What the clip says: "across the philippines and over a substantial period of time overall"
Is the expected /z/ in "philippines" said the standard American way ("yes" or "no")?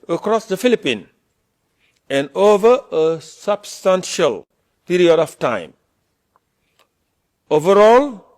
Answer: no